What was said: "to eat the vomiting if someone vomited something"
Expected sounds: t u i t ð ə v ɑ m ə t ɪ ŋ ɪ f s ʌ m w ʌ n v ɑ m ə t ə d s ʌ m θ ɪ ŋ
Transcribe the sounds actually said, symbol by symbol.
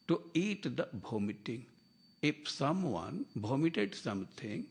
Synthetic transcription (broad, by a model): t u i t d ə b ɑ m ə t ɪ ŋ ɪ p s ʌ m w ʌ n b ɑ m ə t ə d s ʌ m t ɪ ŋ